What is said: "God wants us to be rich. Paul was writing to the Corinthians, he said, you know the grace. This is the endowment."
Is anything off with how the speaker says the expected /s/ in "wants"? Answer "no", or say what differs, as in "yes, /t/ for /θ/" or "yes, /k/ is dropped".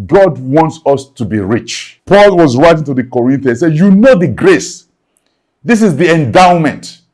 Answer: no